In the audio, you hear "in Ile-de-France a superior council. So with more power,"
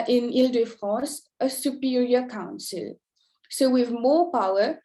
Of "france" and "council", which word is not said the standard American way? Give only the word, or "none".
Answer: france